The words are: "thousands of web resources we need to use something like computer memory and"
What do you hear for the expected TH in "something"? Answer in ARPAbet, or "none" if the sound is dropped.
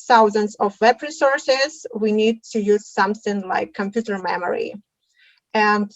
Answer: TH